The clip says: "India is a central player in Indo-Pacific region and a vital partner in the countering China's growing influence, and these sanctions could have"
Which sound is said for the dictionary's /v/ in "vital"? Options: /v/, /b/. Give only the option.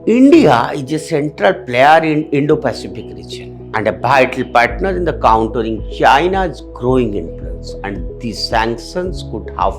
/b/